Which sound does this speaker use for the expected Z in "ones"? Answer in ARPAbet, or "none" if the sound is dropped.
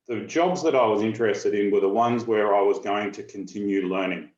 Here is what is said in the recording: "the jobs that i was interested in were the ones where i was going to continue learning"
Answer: Z